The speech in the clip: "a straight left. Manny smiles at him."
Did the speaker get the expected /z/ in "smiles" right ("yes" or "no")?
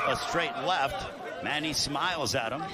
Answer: yes